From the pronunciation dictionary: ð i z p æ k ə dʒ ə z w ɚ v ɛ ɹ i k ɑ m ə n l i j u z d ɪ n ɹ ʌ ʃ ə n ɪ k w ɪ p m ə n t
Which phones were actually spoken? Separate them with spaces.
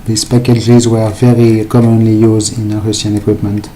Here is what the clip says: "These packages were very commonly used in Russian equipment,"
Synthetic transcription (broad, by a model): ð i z p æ k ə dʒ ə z w ɚ v ɛ ɹ i k ɑ m ə n l i j u z d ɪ n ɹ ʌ s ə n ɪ k w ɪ p m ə n t